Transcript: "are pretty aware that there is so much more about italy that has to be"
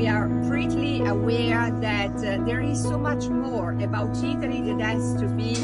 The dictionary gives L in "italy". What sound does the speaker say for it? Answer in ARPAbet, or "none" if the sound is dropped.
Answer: N